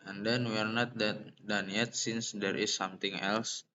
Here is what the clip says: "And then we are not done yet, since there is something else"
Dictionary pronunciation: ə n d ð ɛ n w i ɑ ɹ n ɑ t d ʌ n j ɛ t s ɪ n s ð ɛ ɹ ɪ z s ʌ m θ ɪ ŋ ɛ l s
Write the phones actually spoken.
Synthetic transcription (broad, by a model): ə n d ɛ n w i ɑ ɹ n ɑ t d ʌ n j ɛ t s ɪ n s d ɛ ɹ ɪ s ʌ m t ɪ ŋ ɛ l s